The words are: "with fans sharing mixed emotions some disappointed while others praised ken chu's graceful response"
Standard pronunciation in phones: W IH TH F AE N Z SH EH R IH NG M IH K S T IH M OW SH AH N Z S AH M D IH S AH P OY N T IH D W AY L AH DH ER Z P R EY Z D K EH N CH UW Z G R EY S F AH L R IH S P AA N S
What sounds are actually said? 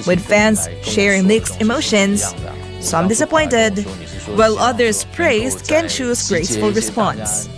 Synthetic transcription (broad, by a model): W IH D F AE N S SH EH R IH NG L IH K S IH M OW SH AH N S S AH M D IH S AH P OY N T IH D W AY L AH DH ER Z P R EY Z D K EH N CH UW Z G R EY S F AH L R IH S P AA N S